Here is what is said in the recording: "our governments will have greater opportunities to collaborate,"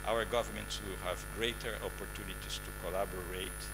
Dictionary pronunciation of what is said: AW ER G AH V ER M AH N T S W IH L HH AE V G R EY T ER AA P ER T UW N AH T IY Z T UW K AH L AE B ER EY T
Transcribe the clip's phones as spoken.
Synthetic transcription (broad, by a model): AW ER G AH V ER M AH N T S W IH L HH AE V G R EY T ER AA P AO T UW N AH T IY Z T UW K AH L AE B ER EY T